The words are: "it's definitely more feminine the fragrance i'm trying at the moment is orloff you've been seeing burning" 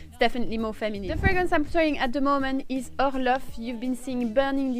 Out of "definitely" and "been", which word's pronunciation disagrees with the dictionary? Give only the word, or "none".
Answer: none